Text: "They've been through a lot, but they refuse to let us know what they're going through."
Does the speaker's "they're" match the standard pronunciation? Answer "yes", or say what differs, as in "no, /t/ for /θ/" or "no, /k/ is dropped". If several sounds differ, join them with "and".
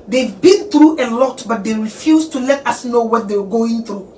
no, /w/ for /ɹ/